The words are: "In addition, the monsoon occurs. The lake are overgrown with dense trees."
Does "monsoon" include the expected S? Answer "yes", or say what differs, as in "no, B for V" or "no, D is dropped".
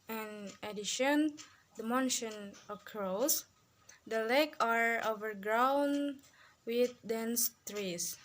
no, SH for S